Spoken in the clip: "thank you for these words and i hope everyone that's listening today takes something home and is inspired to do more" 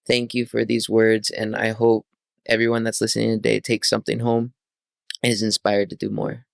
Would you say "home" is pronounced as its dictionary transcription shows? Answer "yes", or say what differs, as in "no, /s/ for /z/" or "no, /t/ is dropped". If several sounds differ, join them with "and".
no, /m/ is dropped